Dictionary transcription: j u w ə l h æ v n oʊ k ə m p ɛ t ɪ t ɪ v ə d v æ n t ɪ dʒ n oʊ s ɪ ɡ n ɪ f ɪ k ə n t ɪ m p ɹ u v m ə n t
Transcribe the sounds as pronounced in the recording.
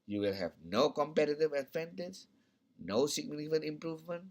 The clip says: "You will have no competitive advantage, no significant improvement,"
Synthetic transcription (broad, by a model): j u w ə l h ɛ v n oʊ k ə m p ɛ t ɪ t ɪ v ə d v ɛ n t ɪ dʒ n oʊ s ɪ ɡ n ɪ ɪ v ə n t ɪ m p ɹ u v m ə n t